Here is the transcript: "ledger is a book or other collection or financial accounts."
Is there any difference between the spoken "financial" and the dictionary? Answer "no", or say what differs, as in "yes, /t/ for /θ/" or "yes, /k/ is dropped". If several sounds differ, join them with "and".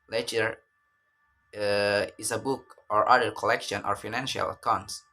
no